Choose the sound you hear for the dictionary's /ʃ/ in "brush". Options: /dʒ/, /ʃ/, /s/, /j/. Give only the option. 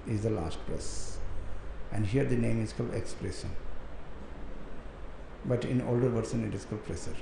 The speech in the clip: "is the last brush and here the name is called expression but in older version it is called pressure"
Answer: /s/